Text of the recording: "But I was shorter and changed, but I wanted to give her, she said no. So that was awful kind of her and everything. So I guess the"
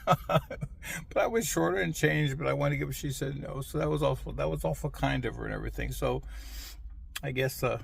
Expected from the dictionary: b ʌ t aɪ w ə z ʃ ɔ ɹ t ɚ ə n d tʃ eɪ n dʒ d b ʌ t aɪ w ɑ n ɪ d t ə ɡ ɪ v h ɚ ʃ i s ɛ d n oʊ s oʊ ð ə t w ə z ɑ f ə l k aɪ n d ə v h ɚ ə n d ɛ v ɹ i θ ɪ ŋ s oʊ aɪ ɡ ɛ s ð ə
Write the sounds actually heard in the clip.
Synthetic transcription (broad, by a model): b ʌ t aɪ w ə z ʃ ɔ ɹ t ɚ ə n tʃ eɪ n dʒ b ʌ t aɪ w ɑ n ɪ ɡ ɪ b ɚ ʃ i s ɛ d n oʊ s oʊ ð ə t w ə z ɑ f ə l k aɪ n d ə v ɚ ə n ɛ v ɹ i θ ɪ ŋ s oʊ aɪ ɡ ɛ s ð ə